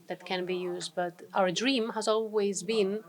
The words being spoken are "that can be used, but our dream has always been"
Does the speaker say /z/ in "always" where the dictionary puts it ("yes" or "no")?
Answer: yes